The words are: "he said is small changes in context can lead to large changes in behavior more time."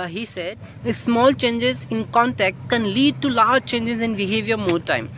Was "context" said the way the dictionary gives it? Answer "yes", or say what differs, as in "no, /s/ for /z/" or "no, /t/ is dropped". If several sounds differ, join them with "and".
no, /s/ is dropped